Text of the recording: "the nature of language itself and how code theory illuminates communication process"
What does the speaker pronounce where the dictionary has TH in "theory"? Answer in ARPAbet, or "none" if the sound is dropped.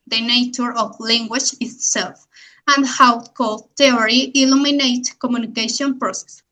T